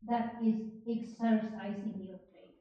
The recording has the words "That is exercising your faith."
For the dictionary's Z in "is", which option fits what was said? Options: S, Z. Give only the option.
Z